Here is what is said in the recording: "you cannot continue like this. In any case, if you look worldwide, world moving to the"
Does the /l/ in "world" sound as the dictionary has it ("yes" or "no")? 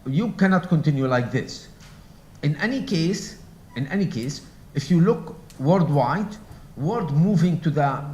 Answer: no